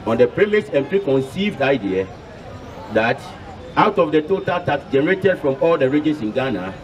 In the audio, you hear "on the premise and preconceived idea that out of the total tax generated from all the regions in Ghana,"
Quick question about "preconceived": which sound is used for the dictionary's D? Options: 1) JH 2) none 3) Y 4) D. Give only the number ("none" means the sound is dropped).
4